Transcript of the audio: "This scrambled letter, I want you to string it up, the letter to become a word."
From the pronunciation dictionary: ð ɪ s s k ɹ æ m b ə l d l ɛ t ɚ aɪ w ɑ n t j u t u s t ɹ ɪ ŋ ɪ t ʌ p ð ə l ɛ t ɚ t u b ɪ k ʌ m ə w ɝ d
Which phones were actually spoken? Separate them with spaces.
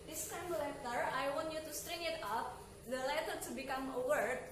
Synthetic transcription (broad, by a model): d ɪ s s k ɑ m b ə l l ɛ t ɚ aɪ w ɑ n t j u t u s t ɹ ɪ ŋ ɪ t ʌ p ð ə l ɛ t ɚ t u b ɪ k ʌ m ə w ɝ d